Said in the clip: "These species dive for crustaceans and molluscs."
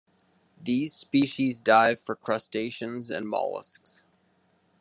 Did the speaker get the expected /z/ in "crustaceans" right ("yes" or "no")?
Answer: yes